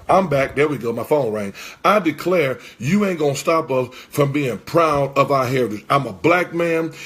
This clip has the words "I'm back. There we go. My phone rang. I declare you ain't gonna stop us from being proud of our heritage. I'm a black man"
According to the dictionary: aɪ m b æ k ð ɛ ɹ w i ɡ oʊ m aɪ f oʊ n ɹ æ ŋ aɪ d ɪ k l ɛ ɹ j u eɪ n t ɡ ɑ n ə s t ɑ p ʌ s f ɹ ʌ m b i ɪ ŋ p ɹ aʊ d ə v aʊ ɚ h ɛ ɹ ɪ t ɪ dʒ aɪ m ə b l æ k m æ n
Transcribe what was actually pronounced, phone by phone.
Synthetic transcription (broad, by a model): aɪ m b æ k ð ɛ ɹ w i ɡ oʊ m aɪ f oʊ n ɹ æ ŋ aɪ d ɪ k l ɛ ɹ j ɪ eɪ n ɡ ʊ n s t ɑ p ʌ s f ɹ ʌ m b i ɪ ŋ p ɹ aʊ d ə v aʊ ɚ h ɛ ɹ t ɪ aɪ m ə b l æ k m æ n